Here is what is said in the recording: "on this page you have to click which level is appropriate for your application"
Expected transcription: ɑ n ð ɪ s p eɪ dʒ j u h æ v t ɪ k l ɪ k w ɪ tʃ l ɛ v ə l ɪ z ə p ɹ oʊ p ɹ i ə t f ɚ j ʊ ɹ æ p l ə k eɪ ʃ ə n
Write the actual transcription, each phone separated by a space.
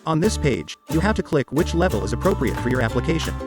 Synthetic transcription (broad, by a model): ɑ n ð ɪ s p eɪ dʒ j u h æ f t ɪ k l ɪ k w ɪ tʃ l ɛ v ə l ɪ z ə p ɹ oʊ p ɹ i ə t f ɚ j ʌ ɹ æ p l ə k eɪ ʃ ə n